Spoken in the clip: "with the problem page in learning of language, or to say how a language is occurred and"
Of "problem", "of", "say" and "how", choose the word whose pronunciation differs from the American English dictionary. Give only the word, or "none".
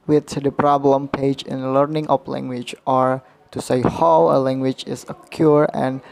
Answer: of